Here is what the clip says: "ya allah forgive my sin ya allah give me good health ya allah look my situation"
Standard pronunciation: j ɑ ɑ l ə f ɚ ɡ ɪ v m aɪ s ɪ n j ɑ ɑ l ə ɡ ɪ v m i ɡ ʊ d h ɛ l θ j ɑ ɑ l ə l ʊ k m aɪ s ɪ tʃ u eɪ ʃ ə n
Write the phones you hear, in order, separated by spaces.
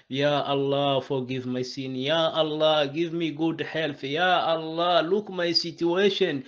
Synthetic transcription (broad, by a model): j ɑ ɑ l ə f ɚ ɡ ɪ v m aɪ s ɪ n j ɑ ɑ l ə ɡ ɪ v m i ɡ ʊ d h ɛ l f j ɑ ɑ l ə l ʊ k m aɪ s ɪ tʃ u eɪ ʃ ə n